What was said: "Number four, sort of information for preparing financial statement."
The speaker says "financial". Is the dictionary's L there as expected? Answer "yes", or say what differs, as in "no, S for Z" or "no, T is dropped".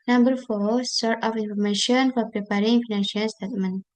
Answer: no, N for L